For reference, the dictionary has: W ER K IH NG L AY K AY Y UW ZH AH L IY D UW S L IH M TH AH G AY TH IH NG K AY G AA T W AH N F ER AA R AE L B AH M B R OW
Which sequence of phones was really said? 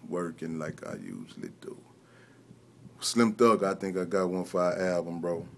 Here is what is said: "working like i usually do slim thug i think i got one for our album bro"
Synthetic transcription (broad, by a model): W ER K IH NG L AY K AY Y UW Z L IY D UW S L IH M T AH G AY TH IH NG K AY G AA T W AH N F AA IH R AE B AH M B R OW